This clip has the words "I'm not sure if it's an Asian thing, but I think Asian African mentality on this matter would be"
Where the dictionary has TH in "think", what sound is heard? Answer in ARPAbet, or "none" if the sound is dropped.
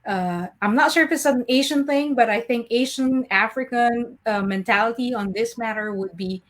TH